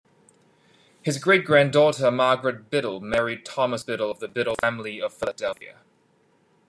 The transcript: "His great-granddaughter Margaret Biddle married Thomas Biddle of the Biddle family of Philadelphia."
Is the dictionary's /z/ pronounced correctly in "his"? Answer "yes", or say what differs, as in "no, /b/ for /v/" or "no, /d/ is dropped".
yes